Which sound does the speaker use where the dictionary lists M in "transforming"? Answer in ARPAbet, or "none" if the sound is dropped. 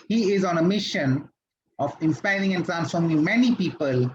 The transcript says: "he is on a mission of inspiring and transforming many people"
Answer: M